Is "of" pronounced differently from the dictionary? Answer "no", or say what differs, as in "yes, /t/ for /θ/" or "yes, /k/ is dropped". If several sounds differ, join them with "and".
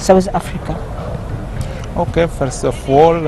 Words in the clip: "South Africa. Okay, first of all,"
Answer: yes, /f/ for /v/